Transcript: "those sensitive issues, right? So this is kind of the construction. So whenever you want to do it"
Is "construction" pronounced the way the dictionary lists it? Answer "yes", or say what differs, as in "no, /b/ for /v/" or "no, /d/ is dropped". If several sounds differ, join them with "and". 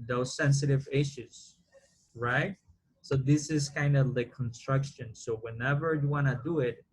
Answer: yes